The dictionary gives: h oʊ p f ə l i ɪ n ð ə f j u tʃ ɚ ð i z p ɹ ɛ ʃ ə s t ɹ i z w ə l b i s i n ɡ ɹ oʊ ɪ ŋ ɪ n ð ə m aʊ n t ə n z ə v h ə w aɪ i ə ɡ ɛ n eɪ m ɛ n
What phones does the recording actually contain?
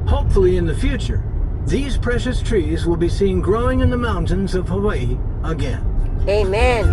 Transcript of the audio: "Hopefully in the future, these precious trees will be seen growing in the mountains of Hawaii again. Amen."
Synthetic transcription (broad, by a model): h oʊ p f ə l i ɪ n ð ə f j u tʃ ɚ ð i z p ɹ ɛ ʃ ə s t ɹ i z w ə l b i s i n ɡ ɹ oʊ ɪ ŋ ɪ n ð ə m aʊ n t ə n z ə v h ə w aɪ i ə ɡ ɛ n eɪ m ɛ n